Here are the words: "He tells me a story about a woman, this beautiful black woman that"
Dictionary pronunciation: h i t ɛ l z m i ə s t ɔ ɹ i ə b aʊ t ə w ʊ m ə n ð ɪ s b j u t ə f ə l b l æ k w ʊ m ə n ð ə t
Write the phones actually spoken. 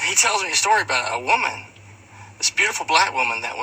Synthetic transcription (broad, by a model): h i t ɛ l z m i ə s t ɔ ɹ i ə b aʊ t ə w ʊ m ə n ð ɪ s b j u t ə f l b l æ k w ʊ m ə n ð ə t